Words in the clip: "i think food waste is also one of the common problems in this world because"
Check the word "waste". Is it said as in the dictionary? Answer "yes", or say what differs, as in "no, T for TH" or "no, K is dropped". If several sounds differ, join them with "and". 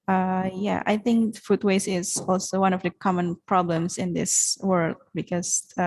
no, T is dropped